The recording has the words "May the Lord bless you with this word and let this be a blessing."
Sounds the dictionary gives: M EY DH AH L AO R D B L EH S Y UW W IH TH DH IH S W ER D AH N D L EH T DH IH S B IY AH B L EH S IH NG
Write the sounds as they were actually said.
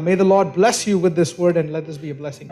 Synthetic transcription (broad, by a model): M EY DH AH L AO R D B L EH S Y UW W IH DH IH S W ER D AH N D L EH T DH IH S B IY AH B L EH S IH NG